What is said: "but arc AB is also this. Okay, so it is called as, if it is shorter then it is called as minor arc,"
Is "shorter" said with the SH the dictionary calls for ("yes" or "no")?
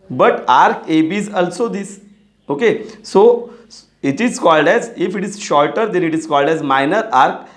yes